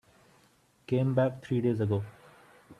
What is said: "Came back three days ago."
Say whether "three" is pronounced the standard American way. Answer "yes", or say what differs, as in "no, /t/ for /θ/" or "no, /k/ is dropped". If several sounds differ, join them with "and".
no, /t/ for /θ/